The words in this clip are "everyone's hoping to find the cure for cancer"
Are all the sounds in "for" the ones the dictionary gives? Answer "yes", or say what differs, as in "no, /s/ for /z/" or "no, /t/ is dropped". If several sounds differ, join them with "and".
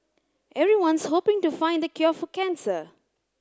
no, /l/ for /ɹ/